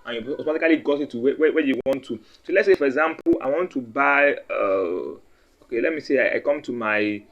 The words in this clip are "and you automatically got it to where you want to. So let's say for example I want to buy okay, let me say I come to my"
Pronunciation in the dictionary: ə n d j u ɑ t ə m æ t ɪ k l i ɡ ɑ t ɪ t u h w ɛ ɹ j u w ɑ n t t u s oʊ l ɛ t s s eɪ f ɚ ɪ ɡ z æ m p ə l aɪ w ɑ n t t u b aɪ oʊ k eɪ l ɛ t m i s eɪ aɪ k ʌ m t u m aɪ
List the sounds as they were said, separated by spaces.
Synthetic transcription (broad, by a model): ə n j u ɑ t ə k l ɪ l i ɡ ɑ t ɪ t u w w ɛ w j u w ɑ n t t u s oʊ l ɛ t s s eɪ f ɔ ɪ ɡ z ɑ m p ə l aɪ w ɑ n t t u b aɪ oʊ k eɪ l ɛ t m i s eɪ aɪ k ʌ m t u m aɪ